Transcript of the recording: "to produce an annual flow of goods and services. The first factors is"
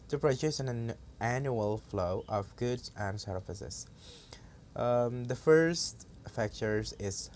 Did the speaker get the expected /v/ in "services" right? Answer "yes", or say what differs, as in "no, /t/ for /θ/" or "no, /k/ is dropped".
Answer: no, /f/ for /v/